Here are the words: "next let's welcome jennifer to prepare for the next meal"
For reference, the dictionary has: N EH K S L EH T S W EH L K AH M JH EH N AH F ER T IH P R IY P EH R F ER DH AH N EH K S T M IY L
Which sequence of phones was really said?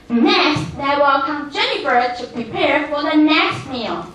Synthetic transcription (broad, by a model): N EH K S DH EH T W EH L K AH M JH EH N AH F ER T IH P R IY P EH R F ER DH AH N EH K S T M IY L